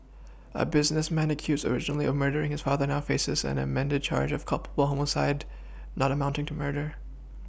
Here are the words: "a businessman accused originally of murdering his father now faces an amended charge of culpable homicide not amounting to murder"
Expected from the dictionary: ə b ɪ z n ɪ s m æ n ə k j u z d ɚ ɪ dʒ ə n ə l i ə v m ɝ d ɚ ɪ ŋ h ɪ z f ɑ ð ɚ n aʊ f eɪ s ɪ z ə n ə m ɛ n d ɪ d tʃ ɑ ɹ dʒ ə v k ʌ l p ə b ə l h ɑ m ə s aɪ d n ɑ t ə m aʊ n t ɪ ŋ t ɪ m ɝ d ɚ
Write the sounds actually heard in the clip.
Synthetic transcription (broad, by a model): ə b ɪ z n ɪ s m æ n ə k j u z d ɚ ɪ dʒ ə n l i ə v m ɝ d ɚ ɪ ŋ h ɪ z f ɑ ð ɚ n aʊ f eɪ s ɪ z ə n ə m ɛ n d ɪ d tʃ ɑ ɹ dʒ ə v k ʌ l p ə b l h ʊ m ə s aɪ d n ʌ t ə m aʊ n t ɪ ŋ t ɪ m ɝ d ɚ